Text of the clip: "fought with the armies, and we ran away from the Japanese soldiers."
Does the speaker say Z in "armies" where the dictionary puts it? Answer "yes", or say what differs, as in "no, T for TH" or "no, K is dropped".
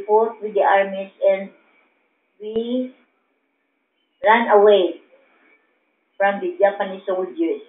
no, S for Z